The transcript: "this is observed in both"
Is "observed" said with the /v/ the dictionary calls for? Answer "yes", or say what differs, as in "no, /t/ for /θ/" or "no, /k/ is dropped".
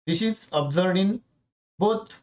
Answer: no, /v/ is dropped